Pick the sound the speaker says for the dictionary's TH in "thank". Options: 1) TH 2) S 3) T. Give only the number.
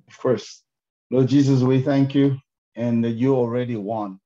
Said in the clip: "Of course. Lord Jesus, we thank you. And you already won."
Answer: 1